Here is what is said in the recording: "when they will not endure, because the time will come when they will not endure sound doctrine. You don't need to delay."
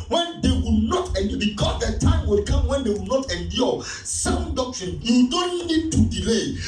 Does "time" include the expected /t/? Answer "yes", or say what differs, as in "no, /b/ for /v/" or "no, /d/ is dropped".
yes